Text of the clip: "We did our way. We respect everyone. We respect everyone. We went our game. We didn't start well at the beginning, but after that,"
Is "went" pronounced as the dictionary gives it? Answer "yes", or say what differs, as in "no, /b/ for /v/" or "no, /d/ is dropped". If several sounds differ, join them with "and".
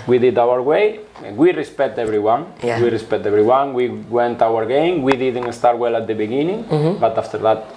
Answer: yes